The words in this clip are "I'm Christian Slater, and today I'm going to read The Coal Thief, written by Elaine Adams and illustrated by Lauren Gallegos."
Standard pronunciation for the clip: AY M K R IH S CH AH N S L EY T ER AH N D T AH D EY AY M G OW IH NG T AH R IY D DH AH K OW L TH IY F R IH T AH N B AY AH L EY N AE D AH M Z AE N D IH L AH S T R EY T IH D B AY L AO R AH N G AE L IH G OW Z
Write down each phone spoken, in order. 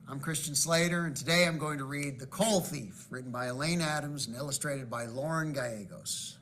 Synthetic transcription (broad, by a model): AY M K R IH S CH N S L EY T ER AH N T AH D EY AY M G OW IH NG T AH R IY D DH AH K OW L TH IY F R IH T N B AY AH L EY N AE D AH M Z N IH L AH S T R EY T IH D B AY L AO R AH N G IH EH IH G OW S